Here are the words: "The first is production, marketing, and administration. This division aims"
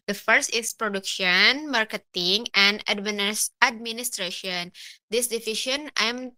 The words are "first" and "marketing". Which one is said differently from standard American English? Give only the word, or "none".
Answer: none